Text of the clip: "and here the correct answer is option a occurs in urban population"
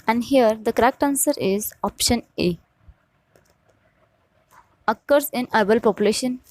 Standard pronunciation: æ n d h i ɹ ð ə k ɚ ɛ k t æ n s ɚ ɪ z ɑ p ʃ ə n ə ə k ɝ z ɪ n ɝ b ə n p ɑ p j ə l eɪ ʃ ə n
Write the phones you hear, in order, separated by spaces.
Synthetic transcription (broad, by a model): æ n d h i ɹ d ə k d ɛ k t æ n s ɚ ɪ z ɑ p ʃ ə n ə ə k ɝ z ɪ n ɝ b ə l p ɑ p j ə l eɪ ʃ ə n